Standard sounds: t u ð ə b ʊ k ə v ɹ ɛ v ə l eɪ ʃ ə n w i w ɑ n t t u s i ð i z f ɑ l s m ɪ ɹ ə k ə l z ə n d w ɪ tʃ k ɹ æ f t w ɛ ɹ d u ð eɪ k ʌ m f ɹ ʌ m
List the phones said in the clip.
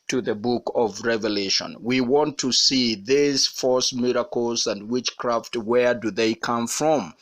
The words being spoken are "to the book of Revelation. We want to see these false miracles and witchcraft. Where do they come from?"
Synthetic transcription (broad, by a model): t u ð ə b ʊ k ə v ɹ ɛ v ə l eɪ ʃ ə n w i w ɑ n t t u s i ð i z f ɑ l s m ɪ ɹ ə k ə l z ə n d w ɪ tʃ k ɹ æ f t w ɛ ɹ d u ð eɪ k ʌ m f ɹ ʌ m